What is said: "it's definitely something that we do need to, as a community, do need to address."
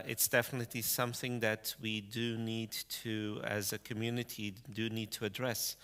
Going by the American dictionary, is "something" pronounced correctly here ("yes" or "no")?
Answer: yes